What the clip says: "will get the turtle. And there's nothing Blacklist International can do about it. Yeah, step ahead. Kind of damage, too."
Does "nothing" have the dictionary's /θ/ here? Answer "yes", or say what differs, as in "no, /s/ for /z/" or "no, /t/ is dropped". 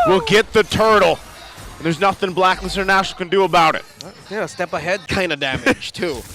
yes